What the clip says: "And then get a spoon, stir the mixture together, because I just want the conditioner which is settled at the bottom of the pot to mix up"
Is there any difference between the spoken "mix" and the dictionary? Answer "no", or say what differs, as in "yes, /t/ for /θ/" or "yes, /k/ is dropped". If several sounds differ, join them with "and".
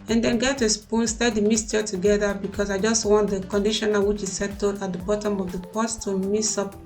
yes, /k/ is dropped